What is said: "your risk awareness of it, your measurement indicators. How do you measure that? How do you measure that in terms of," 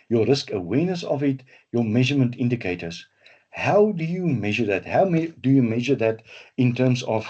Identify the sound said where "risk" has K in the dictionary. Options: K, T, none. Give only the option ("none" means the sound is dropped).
K